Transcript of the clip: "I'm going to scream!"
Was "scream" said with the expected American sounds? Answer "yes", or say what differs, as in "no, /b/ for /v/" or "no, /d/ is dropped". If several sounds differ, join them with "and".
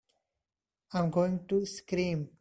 yes